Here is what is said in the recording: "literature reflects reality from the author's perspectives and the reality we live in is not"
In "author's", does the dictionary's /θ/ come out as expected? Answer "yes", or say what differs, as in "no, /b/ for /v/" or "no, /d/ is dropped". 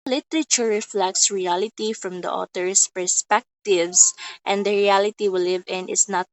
no, /t/ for /θ/